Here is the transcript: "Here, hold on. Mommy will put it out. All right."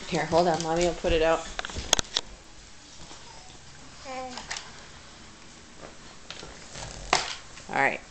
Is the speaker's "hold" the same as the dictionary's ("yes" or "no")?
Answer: yes